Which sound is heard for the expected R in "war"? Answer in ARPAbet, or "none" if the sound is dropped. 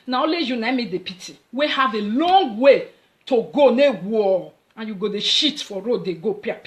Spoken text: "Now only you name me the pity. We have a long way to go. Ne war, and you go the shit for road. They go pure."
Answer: L